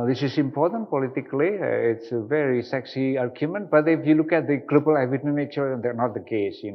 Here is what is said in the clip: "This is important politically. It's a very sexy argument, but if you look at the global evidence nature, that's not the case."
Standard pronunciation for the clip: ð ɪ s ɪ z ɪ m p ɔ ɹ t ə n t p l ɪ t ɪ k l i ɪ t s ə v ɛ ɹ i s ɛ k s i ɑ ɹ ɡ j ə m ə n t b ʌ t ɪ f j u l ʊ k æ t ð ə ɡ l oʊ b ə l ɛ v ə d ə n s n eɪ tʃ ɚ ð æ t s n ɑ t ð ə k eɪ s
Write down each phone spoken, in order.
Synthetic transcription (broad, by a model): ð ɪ s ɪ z ɪ m p ɔ ɹ t ə n t p l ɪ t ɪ k l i ɪ t s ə v ɛ ɹ i s ɛ k s i ɑ ɹ ɡ j ə m ə n t b ʌ t ɪ f j u l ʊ k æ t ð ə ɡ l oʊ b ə l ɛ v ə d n n eɪ tʃ ɚ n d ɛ n ɑ t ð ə k eɪ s